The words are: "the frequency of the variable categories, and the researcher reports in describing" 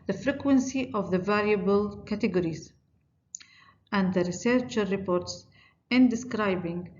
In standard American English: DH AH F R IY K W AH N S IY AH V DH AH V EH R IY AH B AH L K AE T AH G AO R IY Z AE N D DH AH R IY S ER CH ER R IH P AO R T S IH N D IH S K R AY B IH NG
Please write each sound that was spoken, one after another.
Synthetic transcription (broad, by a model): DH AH F R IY K W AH N S IY AH V DH AH V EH L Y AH B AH L K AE T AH G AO R IY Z AE N D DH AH R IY S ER CH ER R IH P AO R T S IH N D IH S K R AY B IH NG